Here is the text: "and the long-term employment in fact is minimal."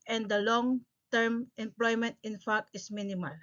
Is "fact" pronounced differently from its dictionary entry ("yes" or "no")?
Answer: yes